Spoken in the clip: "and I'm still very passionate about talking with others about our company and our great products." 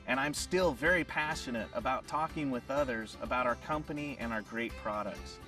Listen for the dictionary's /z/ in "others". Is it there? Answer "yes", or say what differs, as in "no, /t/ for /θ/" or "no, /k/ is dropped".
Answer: yes